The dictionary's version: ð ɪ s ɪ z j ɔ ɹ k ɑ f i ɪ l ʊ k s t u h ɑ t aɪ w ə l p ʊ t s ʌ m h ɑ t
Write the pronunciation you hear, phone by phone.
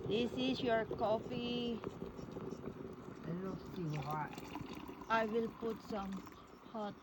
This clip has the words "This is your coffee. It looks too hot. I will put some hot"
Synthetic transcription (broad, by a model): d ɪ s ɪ s j ɔ ɹ k ɑ f i ɪ n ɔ s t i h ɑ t aɪ w ə l p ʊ t s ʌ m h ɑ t